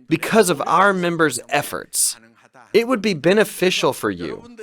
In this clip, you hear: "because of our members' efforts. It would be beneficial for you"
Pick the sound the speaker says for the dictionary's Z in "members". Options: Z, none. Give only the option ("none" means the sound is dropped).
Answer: Z